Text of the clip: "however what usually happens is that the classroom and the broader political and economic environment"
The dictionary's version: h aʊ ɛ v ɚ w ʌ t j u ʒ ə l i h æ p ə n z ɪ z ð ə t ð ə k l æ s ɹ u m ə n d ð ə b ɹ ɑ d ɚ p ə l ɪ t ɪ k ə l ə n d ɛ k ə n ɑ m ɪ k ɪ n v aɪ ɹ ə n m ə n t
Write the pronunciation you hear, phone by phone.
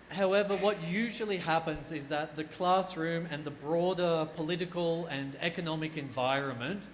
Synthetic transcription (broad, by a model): h aʊ ɛ v ɚ w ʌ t j u ʒ ə l i h æ p ə n z ɪ z ð ə t ð ə k l æ s ɹ u m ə n ð ə b ɹ ɑ d ɚ p ə l ɪ t ɪ k ə l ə n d ɛ k ə n ɑ m ɪ k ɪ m v aɪ ɹ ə n m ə n t